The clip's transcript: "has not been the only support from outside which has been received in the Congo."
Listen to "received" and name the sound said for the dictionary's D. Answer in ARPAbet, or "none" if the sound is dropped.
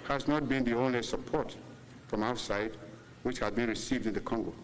D